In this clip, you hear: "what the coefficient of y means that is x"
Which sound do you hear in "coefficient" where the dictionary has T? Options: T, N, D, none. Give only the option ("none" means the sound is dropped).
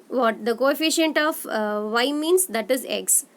T